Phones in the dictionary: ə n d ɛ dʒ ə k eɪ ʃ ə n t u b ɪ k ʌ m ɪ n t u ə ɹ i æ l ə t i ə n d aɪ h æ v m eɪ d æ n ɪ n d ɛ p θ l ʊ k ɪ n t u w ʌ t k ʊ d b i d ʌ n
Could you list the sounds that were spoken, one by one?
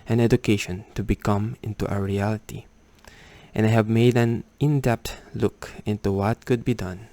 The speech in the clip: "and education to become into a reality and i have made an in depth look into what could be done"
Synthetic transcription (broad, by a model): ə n ɛ dʒ ə k eɪ ʃ ə n t u b ɪ k ʌ m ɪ n t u ə ɹ i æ l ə t i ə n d aɪ h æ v m eɪ d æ n ɪ n d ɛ p t l ʊ k ɪ n t u w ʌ t k ʊ d b i d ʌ n